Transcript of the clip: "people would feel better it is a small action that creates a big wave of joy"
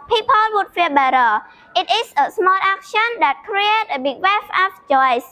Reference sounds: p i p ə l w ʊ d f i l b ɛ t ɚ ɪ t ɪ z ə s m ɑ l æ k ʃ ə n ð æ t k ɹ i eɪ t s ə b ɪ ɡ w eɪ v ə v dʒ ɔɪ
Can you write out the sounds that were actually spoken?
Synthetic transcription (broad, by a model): p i p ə l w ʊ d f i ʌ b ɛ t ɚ ɪ t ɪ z ə s m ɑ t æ k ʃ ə n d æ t k ɹ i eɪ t ə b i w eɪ f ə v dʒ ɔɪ